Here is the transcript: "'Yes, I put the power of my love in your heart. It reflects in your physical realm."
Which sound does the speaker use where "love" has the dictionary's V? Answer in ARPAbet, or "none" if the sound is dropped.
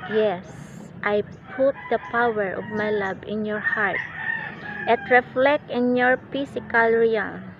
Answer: B